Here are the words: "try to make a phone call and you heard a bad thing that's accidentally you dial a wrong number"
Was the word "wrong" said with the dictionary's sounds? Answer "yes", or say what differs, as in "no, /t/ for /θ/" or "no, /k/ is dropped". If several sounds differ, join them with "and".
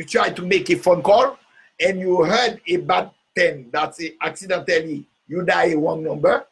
no, /w/ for /ɹ/